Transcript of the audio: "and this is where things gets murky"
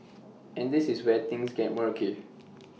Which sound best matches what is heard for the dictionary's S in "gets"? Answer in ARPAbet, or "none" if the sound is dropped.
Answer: none